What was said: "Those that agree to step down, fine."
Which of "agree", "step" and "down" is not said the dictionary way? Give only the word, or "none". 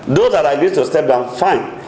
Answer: agree